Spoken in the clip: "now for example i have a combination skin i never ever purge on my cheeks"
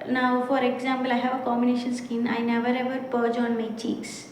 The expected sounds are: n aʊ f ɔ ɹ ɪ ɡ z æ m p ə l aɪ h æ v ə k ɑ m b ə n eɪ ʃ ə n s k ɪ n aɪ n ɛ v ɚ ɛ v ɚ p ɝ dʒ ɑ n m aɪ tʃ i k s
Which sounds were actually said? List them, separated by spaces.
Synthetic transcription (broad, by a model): n aʊ f ɔ ɹ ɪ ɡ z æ m p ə l aɪ h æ v ə k ɑ m b ə n eɪ ʃ ə n s k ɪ n aɪ n ɛ v ɚ ɛ v ɚ p ɝ dʒ ɑ n m aɪ tʃ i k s